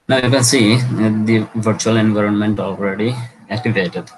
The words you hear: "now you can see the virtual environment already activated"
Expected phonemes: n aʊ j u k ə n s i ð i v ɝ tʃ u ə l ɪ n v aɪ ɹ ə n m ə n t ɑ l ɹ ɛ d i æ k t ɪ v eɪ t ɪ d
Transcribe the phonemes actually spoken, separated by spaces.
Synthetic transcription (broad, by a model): n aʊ j u k ə n s i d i v ɝ tʃ u ə l ɪ n v aɪ ɹ ə n m ə n t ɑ l ɹ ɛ d i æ k t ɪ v eɪ t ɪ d